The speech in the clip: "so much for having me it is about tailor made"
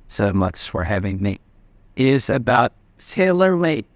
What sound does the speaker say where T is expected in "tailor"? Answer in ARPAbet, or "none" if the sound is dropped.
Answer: S